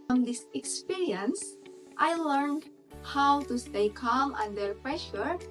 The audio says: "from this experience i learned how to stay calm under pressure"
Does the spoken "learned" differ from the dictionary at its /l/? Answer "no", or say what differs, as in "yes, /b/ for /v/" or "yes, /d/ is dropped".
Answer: no